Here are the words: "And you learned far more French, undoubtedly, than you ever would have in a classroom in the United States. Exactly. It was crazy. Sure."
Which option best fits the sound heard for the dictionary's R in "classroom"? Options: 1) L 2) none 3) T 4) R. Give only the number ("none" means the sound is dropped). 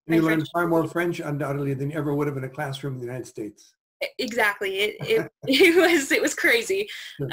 4